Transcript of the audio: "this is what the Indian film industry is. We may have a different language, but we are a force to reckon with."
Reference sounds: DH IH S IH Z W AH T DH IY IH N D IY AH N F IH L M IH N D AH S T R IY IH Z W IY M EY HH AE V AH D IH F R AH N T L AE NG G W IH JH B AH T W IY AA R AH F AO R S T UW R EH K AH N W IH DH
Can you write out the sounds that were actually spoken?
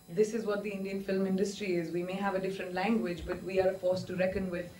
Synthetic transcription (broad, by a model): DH IH S IH Z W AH T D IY IH N D IY AH N F IH L M IH N D AH S T R IY IH Z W IY M EY HH AE V AH D IH F R AH N T L AE NG G W IH JH B AH T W IY AA R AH F AO R S T UW R EH K AH N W IH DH